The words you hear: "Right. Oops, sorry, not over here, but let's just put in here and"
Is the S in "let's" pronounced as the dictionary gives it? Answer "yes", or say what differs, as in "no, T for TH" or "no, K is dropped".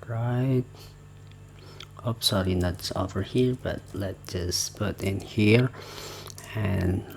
no, S is dropped